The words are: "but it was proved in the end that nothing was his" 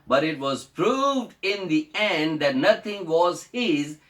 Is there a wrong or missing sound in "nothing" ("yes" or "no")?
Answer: yes